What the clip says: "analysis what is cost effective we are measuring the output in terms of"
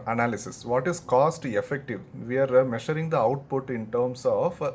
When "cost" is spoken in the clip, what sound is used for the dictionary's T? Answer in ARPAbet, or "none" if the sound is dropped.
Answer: T